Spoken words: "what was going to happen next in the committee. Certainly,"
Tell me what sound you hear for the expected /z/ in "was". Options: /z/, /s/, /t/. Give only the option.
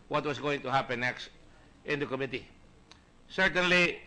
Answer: /s/